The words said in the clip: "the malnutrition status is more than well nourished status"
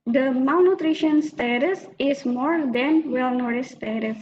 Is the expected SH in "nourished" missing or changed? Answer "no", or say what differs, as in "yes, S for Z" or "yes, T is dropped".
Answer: yes, SH is dropped